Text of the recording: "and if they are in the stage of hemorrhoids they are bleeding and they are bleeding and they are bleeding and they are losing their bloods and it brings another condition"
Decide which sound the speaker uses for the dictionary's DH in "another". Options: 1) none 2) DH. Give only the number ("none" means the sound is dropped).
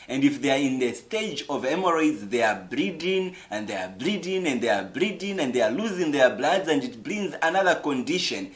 2